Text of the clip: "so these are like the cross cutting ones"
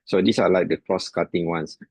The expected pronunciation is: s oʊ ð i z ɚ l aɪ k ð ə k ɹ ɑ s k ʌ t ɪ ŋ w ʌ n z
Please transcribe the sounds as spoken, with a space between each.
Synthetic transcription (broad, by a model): s oʊ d i s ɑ l aɪ k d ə k ɹ ɑ s k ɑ t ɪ ŋ w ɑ n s